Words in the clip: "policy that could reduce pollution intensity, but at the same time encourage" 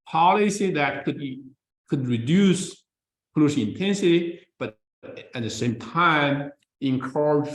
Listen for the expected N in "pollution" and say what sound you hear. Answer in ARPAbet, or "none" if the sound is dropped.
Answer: none